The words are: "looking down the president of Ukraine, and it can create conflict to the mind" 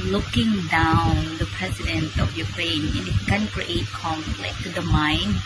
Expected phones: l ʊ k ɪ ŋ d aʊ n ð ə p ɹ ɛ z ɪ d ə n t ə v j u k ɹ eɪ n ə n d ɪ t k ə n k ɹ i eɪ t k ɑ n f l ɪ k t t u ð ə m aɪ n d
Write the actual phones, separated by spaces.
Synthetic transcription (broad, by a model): l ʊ k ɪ ŋ d aʊ n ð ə p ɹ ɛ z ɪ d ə n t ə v j u k ɹ eɪ n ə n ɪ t k ə n k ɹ i eɪ t k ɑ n f l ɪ k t t u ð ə m aɪ n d